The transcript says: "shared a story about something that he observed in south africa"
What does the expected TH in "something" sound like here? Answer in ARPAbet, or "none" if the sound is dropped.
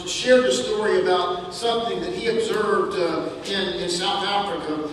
TH